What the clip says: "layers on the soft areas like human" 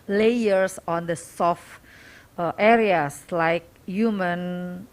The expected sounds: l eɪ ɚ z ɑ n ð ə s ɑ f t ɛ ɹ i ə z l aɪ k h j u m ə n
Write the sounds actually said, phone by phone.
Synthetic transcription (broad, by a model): l eɪ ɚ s ɑ n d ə s ɑ f t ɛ ɹ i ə s l aɪ k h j u m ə n